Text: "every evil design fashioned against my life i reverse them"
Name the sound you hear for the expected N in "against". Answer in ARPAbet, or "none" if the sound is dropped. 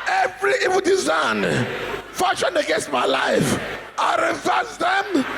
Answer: none